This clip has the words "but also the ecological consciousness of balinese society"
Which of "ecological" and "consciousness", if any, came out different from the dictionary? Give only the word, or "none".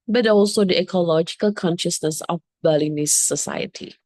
none